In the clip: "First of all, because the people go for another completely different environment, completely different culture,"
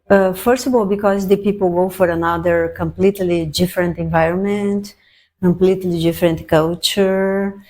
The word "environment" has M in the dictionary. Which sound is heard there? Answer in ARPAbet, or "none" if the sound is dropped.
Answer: M